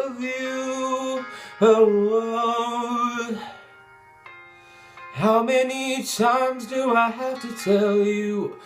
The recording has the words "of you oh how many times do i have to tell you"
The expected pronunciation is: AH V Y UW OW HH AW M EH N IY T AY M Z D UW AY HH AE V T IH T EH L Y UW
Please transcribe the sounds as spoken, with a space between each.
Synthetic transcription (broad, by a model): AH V Y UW OW HH AW M EH N IY T AY M Z D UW AY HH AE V T IH T EH L Y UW